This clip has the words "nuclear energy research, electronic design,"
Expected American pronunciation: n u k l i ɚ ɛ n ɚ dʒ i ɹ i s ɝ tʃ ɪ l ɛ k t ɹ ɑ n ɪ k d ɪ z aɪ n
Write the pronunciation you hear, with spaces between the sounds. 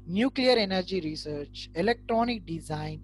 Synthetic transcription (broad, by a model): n u k l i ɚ ɛ n ɚ dʒ i ɹ i s ɝ tʃ ɪ l ɛ k t ɹ ɑ n ɪ k d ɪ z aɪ n